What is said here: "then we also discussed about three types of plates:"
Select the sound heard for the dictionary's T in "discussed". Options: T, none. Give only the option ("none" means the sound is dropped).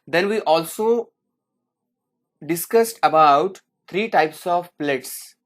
T